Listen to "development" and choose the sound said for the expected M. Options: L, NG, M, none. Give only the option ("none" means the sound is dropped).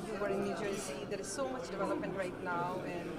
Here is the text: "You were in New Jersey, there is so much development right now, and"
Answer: none